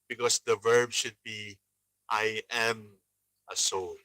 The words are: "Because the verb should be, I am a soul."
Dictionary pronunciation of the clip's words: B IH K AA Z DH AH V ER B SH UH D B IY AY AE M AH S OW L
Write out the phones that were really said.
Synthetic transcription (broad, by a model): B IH K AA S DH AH V ER B SH UH D B IY AY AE M AH S OW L